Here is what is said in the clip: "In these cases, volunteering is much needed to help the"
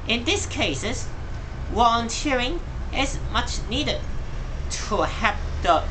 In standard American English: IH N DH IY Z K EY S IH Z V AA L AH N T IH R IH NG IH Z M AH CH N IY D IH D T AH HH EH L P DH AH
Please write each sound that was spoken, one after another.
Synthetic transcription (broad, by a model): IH N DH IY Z K EY S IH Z W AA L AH N T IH R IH NG IH Z M AH CH N IY D IH D T AH HH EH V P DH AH